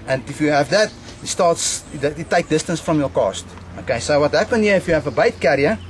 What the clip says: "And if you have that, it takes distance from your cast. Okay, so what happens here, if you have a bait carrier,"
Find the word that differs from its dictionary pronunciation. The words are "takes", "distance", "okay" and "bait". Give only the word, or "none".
takes